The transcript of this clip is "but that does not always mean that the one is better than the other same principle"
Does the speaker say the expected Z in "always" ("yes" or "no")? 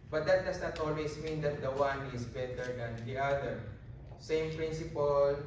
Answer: no